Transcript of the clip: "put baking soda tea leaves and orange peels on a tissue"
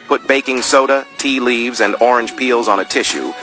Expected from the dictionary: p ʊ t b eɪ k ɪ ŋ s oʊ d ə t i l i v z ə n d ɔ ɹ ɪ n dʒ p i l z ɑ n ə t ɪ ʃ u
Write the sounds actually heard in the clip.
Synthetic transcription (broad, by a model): p ʊ t b eɪ k ɪ ŋ s oʊ d ə t i l i v z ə n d ɔ ɹ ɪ n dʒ p i l z n ə t ɪ ʃ u